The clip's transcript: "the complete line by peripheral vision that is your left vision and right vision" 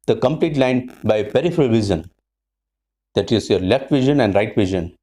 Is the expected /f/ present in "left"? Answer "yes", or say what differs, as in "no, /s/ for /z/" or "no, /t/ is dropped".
yes